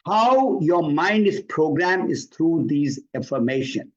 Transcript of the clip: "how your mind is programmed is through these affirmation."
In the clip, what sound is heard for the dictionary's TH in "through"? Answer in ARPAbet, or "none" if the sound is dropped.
T